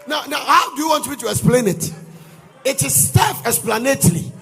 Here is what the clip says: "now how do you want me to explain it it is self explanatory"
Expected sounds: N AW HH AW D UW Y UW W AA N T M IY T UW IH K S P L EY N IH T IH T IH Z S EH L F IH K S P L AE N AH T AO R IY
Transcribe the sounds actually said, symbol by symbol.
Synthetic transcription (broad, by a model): N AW HH AW D UW Y UW W AA N T M IY T UW IH K S P L EY N IH T IH T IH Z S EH F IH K S P L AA N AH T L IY